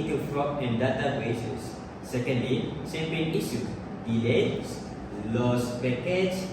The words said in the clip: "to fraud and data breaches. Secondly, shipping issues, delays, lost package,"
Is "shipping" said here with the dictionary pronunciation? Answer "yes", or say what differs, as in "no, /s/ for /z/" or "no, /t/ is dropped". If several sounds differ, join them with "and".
no, /s/ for /ʃ/